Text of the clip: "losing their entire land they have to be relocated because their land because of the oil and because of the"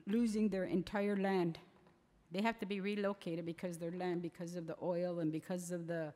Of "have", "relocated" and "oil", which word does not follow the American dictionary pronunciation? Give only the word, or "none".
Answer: have